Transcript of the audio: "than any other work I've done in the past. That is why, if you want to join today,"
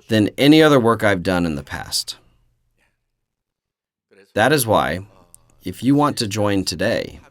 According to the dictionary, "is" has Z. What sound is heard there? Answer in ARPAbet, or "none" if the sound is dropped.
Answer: Z